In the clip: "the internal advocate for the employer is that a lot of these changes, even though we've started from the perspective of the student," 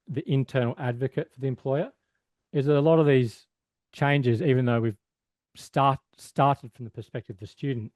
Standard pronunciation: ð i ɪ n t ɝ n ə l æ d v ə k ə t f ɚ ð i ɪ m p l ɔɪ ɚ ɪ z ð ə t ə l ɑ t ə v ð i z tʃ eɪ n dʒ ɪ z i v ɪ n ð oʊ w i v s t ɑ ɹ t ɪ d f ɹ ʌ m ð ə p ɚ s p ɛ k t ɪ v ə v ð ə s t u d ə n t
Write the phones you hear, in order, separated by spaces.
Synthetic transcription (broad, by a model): ð i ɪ n t ɝ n l æ d v ə k ə t f ɚ ð i ɪ m p l ɔɪ ɚ ɪ z ð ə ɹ ə l ɑ t ə v ð i z tʃ eɪ n dʒ ɪ z i v ɪ n ð oʊ w i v s t ɑ ɹ t ɪ d f ɹ ʌ m ð ə p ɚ s p ɛ k t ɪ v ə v ð ə s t u d n t